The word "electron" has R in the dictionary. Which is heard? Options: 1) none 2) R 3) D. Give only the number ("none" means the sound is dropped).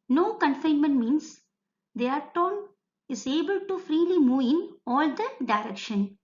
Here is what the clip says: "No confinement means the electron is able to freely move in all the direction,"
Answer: 1